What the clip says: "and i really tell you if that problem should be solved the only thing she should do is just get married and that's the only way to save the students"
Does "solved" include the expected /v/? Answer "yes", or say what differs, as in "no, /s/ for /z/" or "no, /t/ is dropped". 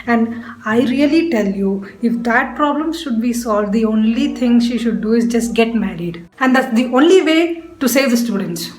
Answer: yes